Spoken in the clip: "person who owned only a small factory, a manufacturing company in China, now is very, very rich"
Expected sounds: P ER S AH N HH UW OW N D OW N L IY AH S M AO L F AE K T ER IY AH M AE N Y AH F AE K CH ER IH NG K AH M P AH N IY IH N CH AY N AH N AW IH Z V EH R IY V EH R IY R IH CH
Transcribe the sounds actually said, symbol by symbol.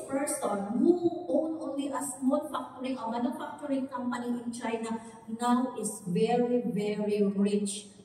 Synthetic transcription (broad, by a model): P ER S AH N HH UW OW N OW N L IY AH S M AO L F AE K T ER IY AH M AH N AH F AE K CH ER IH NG K AH M P AH N IY IH N CH AY N AH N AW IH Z V EH R IY V EH R IY R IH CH